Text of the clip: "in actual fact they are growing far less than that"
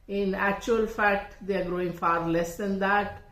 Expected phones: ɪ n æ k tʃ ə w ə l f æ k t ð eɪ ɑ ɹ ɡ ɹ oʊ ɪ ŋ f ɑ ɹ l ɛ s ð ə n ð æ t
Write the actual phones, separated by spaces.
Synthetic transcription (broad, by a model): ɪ n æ k tʃ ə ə l f æ k t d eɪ ɑ ɹ ɡ ɹ oʊ ɪ ŋ f ɑ ɹ l ɛ s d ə n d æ t